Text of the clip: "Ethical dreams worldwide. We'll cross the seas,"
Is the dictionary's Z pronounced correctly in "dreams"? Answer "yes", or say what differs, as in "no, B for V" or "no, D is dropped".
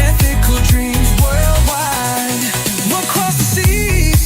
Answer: yes